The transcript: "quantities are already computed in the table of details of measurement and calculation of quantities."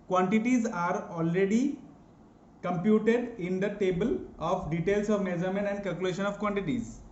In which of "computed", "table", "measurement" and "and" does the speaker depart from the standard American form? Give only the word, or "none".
measurement